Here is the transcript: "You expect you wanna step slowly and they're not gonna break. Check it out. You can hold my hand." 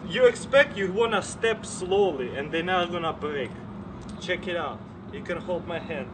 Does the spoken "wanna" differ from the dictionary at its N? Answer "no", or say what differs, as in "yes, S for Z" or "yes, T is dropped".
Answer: no